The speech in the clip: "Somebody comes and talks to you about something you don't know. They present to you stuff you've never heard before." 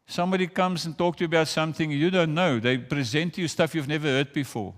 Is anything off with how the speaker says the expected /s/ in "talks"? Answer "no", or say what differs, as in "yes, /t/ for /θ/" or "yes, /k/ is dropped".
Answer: yes, /s/ is dropped